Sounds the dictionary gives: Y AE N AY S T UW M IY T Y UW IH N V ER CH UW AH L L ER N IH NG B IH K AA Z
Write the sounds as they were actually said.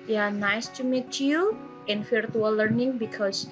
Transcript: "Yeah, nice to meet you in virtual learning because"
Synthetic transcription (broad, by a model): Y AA N AY S T UW M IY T Y UW IH N F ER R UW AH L L ER N IH NG B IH K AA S